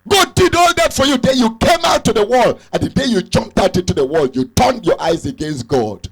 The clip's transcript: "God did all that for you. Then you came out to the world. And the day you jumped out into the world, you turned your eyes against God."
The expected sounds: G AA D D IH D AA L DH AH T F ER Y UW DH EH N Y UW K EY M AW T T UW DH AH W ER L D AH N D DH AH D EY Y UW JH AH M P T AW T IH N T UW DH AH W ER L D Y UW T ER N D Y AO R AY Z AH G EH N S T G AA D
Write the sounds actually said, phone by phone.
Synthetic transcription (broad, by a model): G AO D D IH D AA L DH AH T F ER Y UW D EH Y UW K EY M AW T T UW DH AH W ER L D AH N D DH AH D EY Y UW JH AH M P T AW T IH N T UW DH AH W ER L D Y UW T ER N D Y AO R AY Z AH G EH N S T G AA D